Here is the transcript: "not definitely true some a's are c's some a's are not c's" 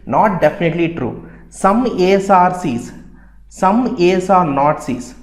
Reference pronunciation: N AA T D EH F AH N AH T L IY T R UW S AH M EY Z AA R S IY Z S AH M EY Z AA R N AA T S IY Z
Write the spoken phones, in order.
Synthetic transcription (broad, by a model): N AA T D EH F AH N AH T L IY T R UW S AH M EY S AA R S IY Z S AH M EY S AA R N AA T S IY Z